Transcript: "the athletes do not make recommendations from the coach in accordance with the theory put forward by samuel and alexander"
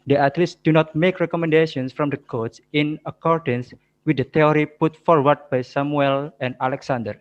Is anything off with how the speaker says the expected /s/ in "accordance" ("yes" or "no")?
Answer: no